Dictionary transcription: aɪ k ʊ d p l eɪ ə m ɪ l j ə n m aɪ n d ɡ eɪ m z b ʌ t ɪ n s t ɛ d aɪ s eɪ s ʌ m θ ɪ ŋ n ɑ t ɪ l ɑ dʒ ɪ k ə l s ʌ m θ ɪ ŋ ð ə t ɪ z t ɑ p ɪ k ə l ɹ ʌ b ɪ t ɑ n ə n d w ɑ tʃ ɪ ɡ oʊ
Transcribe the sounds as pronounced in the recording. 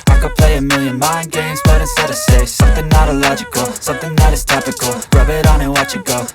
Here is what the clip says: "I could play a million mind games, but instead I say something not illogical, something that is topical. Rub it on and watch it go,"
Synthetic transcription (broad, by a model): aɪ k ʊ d p l eɪ ə m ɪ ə n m aɪ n ɡ eɪ m z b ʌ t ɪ s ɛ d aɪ s eɪ s ʌ m θ ɪ ŋ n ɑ t ɪ l ɑ dʒ ɪ k ə l s ʌ m θ ɪ ŋ ð ə t ɪ z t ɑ p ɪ k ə l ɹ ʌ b ɪ t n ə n w ɑ tʃ ɪ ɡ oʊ